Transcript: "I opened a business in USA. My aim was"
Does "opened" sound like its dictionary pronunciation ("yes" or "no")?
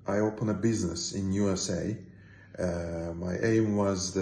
no